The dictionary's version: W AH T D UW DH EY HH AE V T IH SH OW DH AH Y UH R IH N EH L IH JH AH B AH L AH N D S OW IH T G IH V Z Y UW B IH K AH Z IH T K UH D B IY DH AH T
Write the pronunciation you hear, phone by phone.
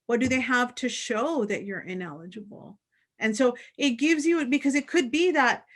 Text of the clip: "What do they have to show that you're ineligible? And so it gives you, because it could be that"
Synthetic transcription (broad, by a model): W AH T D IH DH EY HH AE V T IH SH OW DH AH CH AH R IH N EH L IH JH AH B L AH N S OW IH T G IH V Z Y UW B IH K AH Z IH T K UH D B IY DH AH T